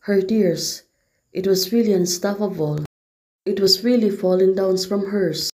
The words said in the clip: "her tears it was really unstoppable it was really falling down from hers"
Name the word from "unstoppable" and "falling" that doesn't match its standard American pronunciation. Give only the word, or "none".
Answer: unstoppable